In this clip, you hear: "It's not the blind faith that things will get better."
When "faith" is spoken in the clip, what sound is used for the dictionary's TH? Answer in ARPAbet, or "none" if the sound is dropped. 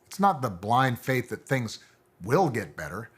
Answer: TH